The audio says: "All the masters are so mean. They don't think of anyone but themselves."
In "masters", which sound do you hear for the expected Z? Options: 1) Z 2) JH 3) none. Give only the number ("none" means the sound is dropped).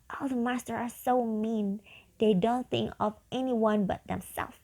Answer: 3